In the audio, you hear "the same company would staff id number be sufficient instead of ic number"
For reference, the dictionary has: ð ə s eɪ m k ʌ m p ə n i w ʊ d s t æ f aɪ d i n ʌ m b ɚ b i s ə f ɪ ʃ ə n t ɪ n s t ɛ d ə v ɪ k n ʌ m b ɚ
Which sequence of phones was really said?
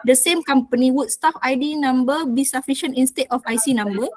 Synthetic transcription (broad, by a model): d ə s eɪ m k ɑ m p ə n i w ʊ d s t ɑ f aɪ d i n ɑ m b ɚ b i s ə f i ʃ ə n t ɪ n s t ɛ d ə f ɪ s n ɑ m b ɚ